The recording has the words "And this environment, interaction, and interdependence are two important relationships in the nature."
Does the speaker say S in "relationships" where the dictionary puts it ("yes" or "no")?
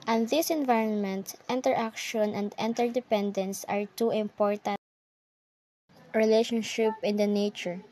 no